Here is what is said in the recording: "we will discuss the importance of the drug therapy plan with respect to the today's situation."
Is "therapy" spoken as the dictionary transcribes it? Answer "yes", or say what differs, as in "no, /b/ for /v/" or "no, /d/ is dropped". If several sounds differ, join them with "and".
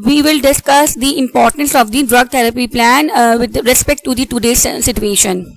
no, /t/ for /θ/